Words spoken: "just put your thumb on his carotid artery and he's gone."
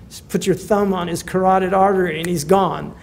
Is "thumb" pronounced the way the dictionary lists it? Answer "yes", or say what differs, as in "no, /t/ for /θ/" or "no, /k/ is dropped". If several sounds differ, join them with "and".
yes